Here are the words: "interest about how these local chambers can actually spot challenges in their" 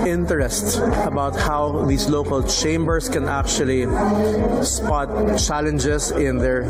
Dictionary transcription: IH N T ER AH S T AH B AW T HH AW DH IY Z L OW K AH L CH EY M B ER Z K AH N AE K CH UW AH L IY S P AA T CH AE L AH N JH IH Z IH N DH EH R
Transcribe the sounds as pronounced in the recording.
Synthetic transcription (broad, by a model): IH N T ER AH S T AH B AW T HH AW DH IY S L OW K AH L CH EY M B ER S K AH N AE K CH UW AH L IY S P AA T CH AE L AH N JH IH S IH N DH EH R